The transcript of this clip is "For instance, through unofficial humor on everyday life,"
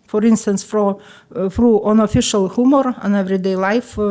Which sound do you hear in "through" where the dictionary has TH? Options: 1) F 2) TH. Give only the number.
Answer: 1